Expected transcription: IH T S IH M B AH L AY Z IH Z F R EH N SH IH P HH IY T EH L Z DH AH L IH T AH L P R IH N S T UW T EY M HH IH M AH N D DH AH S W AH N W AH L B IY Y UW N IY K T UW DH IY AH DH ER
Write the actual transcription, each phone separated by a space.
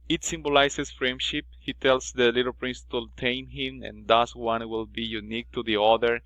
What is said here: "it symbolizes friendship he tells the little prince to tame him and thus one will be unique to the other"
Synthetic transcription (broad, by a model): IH T S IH M B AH L AY S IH S F R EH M SH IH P HH IY T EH L S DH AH L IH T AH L P R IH N S T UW T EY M HH IH M AH N D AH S W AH N W AH L B IY Y UW N IY K T UW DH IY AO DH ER